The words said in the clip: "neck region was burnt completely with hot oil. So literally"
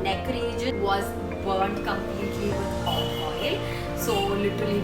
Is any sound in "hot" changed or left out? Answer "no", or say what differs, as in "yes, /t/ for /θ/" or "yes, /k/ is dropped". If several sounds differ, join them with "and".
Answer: yes, /t/ is dropped